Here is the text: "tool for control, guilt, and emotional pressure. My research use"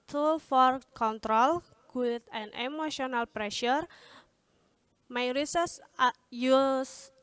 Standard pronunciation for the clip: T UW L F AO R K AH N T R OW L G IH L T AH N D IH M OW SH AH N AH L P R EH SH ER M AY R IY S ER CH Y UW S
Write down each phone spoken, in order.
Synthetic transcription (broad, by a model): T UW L F AO R K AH N T R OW L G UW T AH N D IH M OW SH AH N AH L P R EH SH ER M AY R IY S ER S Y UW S